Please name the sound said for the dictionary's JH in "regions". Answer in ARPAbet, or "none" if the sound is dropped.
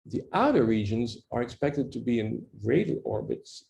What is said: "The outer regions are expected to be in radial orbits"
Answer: JH